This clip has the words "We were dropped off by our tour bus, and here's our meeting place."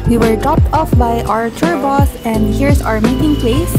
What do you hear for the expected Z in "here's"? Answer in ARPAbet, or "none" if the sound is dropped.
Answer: S